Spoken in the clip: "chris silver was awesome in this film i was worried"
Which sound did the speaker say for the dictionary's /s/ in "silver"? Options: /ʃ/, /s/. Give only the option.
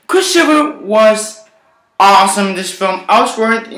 /ʃ/